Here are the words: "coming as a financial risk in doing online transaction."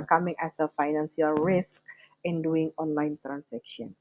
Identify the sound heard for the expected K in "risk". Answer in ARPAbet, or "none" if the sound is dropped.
K